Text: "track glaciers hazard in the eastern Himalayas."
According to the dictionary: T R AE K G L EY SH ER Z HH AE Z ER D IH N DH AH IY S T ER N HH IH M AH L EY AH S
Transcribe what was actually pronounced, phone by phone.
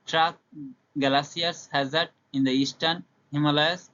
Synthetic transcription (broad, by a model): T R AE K G L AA S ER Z HH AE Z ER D IH N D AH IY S T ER N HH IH M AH L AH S